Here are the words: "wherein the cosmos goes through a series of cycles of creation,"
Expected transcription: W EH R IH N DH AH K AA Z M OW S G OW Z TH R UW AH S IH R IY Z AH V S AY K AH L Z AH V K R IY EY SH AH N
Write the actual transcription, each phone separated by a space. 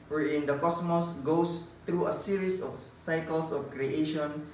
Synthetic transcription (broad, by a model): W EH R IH N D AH K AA S M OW S G OW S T R UW AH S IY R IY S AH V S AY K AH L S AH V K R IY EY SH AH N